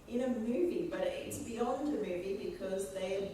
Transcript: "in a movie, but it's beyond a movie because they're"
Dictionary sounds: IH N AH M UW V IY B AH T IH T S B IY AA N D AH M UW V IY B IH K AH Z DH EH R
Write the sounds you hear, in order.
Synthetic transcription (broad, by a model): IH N AH M UW V IY B AH T IH T S B IY AA N D AH M UW V IY B IH K AH Z DH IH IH